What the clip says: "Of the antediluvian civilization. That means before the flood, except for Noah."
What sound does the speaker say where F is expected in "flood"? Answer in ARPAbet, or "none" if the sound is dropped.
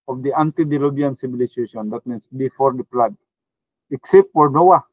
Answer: P